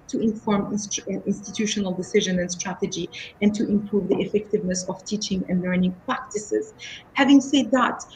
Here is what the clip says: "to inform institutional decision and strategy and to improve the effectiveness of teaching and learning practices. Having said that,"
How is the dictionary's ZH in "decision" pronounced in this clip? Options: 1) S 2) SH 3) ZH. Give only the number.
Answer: 3